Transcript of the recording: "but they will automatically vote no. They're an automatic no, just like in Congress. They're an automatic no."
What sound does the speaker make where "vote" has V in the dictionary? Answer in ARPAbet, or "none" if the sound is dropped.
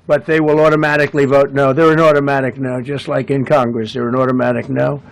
V